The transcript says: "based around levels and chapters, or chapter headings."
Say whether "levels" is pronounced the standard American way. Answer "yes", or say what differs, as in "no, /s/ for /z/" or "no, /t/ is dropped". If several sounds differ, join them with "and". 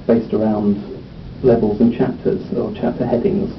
yes